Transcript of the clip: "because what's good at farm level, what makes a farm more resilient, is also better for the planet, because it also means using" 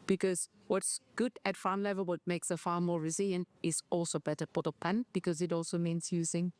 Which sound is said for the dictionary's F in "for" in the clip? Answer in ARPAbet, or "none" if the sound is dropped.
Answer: P